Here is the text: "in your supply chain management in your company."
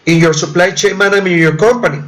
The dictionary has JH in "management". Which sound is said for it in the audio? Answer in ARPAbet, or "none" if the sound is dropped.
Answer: none